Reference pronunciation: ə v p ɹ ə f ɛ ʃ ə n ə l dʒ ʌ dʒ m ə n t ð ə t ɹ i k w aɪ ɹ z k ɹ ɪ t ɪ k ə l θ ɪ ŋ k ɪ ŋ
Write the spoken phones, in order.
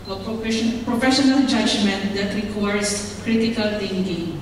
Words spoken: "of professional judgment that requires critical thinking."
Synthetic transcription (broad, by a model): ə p p ɹ ə f ɛ ʃ ə n ə l dʒ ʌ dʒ m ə n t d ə t ɹ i k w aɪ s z k ɹ ɪ t ɪ k ə l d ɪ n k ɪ